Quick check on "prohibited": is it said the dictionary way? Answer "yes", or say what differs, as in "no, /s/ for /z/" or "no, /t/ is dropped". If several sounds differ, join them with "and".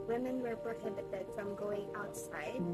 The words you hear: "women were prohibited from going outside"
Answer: no, /b/ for /p/